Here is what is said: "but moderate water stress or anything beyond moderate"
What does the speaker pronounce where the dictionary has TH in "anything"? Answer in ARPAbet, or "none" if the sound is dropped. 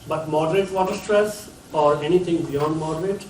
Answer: T